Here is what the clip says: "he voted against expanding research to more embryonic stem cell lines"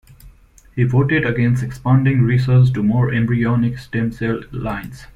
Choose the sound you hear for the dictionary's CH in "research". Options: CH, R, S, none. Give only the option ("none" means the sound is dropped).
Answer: S